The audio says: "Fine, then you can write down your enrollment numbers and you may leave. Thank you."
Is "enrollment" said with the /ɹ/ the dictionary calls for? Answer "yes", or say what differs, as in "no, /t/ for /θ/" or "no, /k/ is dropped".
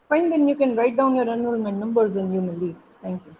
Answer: no, /ɹ/ is dropped